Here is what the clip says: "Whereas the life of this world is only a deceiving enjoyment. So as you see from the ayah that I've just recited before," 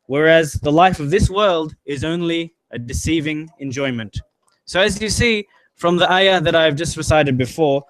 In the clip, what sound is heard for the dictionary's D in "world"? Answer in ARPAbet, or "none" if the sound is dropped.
D